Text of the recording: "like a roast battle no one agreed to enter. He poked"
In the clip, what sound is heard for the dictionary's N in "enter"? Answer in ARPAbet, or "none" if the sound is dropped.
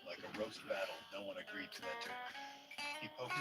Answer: none